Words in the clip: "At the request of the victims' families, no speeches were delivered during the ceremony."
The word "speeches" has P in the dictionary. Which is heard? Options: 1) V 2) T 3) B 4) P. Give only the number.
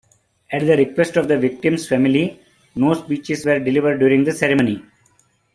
3